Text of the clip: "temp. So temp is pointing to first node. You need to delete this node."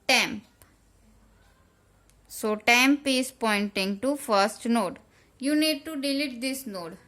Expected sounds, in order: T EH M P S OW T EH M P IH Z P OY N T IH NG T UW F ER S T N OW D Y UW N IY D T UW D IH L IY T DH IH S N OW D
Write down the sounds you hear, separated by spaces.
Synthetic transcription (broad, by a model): T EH M P S OW T EH M P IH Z P OY N T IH NG T UW F ER S T N OW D Y UW N IY D T UW D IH L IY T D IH S N OW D